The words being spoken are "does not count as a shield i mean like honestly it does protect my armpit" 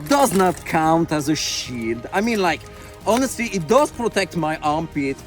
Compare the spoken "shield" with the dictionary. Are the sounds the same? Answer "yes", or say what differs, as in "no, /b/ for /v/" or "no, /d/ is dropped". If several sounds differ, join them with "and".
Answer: yes